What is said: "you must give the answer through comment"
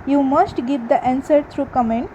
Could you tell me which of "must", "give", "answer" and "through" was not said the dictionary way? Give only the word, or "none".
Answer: through